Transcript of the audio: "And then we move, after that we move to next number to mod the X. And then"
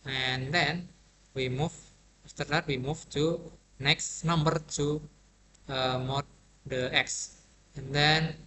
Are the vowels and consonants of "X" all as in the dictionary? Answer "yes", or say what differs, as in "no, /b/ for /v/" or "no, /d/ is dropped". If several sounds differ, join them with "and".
yes